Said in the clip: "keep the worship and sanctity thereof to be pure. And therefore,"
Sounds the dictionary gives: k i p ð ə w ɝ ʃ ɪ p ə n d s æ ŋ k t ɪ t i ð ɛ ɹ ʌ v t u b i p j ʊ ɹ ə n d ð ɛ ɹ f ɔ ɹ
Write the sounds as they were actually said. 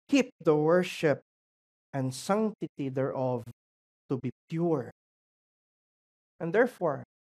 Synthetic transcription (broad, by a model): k i p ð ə w ɝ ʃ ɪ p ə n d s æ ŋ t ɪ t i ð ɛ ɹ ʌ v t u b i p j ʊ ɹ ə n d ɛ ɹ f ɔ ɹ